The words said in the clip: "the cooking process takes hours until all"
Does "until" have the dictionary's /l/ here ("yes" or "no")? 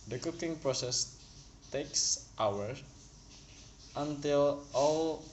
yes